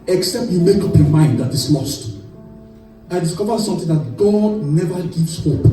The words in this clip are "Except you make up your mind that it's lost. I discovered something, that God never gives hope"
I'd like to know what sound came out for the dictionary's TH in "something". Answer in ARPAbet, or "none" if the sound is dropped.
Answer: T